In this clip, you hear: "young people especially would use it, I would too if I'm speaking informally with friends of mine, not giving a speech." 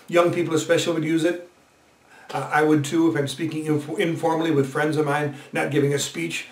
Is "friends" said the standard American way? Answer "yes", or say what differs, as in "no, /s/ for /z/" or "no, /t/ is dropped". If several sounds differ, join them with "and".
yes